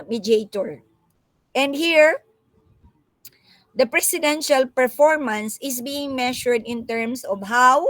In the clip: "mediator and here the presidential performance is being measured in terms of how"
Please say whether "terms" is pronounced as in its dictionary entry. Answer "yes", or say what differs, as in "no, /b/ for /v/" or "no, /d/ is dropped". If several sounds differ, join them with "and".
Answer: no, /s/ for /z/